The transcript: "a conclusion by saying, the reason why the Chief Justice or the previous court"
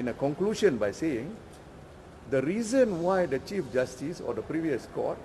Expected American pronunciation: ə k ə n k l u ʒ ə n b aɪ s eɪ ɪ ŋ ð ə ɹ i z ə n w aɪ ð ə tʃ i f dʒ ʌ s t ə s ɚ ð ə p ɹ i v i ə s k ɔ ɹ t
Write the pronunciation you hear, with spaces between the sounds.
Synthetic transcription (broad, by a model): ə k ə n k l u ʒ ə n b aɪ s eɪ ɪ ŋ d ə ɹ i z ə n w aɪ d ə tʃ i f dʒ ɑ s t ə s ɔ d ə p ɹ i v i ə s k ɔ t